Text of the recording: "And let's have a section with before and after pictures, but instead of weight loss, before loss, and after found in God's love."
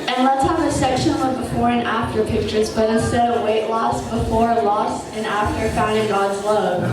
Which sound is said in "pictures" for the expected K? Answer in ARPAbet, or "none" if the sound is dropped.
K